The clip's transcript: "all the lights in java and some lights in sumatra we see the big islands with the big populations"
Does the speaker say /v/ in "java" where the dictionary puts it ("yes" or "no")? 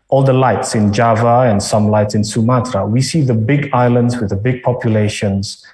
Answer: yes